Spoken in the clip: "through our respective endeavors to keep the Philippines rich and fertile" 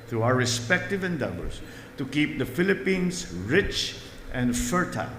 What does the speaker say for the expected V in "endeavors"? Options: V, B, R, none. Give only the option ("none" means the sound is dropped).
B